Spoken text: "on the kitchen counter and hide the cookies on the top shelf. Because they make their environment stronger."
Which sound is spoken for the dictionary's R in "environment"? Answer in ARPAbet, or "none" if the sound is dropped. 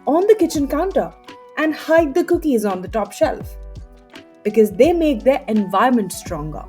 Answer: none